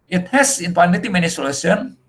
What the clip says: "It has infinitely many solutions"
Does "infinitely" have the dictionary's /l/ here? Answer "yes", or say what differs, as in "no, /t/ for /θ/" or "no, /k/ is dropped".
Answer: no, /l/ is dropped